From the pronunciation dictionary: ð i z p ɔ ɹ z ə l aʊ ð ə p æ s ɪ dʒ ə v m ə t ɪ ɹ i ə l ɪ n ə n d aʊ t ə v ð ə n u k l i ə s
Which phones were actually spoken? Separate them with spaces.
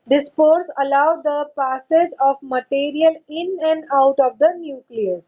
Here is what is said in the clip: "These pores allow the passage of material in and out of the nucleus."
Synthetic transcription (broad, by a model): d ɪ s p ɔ ɹ s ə l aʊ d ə p æ s ɪ dʒ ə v m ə t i ɹ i ə l ɪ n ə n d aʊ t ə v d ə n u k l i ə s